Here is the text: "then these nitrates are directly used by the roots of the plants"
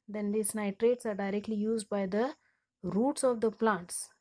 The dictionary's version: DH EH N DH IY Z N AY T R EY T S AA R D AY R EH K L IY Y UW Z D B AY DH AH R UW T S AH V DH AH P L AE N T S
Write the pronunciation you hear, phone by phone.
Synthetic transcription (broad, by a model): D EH N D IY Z N AY T R EY T S AA R D AY R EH K L IY Y UW Z D B AY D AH R UW T S AH V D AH P L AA N T S